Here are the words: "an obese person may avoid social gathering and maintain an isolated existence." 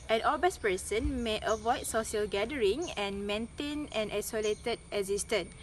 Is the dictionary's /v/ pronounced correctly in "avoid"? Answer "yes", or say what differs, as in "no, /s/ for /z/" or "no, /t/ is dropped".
yes